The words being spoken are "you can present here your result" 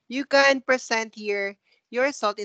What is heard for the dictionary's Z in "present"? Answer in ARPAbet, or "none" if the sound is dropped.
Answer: S